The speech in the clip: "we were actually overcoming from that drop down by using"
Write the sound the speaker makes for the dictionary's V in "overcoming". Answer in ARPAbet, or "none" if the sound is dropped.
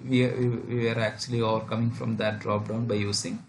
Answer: V